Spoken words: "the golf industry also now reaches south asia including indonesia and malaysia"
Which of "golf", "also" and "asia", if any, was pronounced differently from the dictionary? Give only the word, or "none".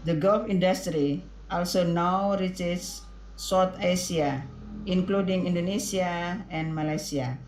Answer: asia